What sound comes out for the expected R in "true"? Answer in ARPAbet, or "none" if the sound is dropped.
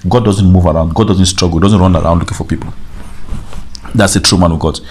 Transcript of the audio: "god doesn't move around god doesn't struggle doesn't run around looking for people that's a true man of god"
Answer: R